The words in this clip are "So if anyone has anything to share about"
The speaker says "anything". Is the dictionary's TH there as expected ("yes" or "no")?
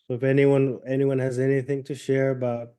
yes